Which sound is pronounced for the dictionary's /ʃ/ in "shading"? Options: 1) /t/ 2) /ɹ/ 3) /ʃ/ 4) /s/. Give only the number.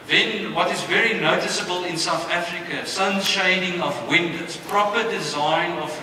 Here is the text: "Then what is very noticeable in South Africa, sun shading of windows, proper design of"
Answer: 3